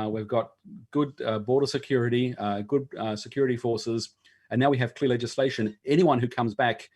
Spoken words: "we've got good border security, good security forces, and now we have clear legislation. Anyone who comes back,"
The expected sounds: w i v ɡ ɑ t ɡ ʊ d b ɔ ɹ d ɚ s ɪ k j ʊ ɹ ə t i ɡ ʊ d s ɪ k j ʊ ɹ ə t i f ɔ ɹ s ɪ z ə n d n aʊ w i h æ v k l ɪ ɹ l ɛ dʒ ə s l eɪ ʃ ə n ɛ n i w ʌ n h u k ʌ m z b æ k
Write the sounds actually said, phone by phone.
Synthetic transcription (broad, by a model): w i v ɡ ɑ t ɡ ʊ d b ɔ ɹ d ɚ s ɪ k j ʊ ɹ ə t i ɡ ʊ d s ɪ k j ʊ ɹ ə t i f ɔ ɹ s ɪ z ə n n aʊ w i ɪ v k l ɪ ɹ l ɛ dʒ ə s l eɪ ʃ ə n ɛ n i w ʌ n h u k ʌ m z b æ k